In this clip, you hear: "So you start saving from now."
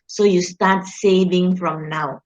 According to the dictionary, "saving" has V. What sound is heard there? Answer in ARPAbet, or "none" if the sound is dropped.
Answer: V